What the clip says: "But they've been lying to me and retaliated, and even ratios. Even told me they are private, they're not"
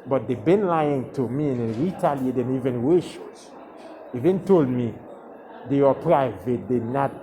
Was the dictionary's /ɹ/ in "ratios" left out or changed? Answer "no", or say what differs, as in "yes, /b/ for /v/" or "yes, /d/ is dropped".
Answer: yes, /w/ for /ɹ/